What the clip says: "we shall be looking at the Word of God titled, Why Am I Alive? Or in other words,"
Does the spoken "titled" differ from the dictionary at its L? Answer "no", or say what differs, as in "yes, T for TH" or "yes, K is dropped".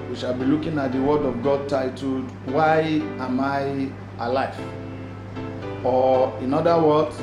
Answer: yes, L is dropped